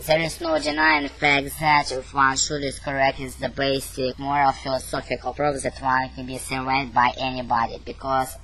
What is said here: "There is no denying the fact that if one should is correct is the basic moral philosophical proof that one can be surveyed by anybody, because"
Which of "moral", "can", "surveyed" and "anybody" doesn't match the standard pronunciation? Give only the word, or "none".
surveyed